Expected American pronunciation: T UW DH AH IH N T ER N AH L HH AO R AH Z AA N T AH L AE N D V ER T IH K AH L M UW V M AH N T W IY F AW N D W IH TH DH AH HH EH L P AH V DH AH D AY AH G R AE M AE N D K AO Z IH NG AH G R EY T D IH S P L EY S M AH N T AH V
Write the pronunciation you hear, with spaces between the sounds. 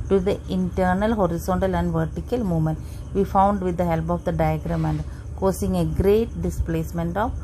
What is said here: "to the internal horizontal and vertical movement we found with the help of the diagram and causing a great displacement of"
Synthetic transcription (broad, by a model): T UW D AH IH N T ER N AH L HH AO R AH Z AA N T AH L AE N D V ER T IH K AH L M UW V M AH N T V IY F AW N D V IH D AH HH EH L P AH V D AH D AY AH G R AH M AE N D K AO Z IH NG AH G R EY T D IH S P L EY S M AH N T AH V